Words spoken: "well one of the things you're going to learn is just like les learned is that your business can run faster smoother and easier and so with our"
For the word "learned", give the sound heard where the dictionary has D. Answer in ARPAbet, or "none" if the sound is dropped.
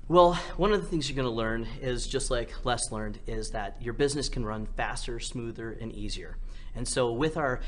D